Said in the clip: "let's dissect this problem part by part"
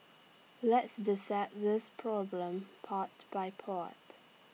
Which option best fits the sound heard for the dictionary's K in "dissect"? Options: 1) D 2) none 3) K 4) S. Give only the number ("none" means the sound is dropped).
2